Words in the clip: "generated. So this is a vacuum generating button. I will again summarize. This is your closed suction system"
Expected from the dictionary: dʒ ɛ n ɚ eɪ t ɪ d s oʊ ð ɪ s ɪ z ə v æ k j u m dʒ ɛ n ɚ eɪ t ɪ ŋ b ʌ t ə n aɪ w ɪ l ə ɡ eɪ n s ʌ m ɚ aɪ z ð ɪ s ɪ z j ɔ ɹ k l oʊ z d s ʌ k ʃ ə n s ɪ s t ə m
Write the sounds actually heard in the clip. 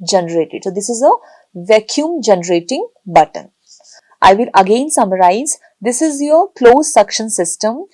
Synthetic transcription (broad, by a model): dʒ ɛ n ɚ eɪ t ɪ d s oʊ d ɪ s ɪ z ə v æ k j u m dʒ ɛ n ɚ eɪ t ɪ ŋ b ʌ t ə n aɪ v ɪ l ə ɡ eɪ n s ʌ m ɚ aɪ z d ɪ s ɪ z j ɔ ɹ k l oʊ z s ʌ k ʃ ə n s ɪ s t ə m